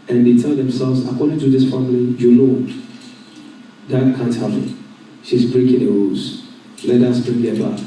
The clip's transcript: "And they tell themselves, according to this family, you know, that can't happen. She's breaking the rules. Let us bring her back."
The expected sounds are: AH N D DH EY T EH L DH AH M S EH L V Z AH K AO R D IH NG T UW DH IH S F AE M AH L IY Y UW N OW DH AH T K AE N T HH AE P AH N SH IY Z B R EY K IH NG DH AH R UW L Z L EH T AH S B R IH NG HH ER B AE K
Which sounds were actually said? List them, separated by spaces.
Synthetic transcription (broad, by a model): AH N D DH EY T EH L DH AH M S EH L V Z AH K AO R D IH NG T UW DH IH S F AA M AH L IY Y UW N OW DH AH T K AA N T HH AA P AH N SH IY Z B R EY K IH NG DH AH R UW Z L EH T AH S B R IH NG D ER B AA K